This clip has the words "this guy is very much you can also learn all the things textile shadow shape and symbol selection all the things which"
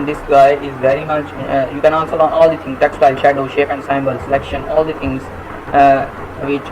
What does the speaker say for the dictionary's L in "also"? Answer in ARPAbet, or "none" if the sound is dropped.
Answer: N